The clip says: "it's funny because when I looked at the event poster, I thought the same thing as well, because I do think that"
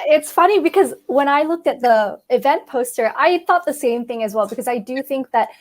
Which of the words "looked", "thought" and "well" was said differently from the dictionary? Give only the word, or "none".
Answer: none